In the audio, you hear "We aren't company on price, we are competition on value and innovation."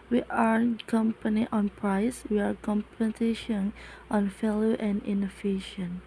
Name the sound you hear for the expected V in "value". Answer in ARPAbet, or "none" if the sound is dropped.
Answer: F